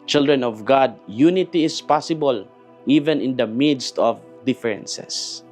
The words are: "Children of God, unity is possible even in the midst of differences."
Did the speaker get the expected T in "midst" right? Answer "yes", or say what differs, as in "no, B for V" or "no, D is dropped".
yes